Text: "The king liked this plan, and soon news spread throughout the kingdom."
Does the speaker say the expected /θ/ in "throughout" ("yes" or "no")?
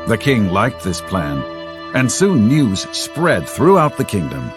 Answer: yes